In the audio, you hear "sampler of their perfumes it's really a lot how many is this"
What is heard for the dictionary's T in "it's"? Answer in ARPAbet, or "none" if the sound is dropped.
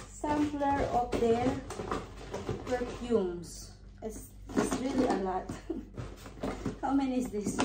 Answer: S